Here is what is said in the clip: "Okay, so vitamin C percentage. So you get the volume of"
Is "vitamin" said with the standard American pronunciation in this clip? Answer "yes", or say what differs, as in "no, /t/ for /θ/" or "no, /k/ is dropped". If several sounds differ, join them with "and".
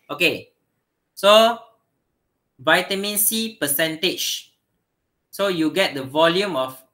yes